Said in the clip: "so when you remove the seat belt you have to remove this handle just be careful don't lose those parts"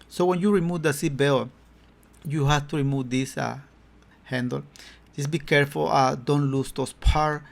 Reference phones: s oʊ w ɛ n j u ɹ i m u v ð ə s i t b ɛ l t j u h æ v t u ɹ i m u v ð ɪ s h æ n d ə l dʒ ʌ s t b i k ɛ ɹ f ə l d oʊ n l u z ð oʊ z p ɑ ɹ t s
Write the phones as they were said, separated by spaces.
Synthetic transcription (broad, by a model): s oʊ w ɛ n j u ɹ i m u v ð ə s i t b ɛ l j u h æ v t u ɹ i m u v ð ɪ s h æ n d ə l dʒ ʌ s b i k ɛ ɹ f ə l d oʊ n l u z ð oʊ s p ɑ ɹ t